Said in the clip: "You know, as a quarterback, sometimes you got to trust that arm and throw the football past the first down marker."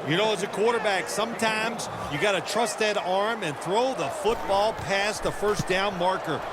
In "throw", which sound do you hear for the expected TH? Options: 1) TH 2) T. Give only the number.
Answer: 1